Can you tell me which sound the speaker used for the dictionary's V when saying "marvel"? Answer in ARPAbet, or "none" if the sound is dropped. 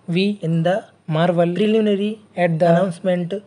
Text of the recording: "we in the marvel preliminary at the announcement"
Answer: V